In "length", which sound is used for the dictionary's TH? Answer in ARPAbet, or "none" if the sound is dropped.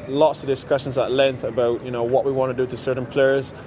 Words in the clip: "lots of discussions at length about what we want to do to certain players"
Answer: TH